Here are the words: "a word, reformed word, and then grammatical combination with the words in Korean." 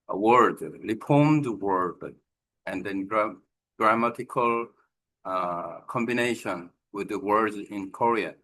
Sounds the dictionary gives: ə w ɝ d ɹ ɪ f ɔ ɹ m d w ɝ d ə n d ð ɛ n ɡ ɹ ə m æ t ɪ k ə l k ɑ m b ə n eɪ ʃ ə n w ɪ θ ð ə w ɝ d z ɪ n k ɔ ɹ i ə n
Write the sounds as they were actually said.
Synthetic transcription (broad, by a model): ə w ɝ d l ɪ p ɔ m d w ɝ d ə n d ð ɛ n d ɹ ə m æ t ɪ k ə l k ɑ m b ə n eɪ ʃ ə n w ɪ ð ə w ɝ d z ɪ n k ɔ ɹ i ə